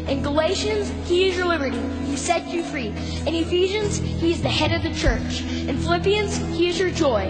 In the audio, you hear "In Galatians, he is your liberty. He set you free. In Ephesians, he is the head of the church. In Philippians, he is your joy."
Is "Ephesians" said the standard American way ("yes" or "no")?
yes